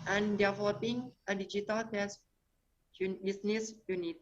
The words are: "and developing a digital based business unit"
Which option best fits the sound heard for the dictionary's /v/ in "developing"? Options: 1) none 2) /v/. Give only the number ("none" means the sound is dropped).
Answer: 1